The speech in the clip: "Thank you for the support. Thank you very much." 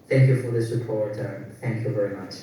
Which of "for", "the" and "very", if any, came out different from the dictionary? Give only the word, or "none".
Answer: none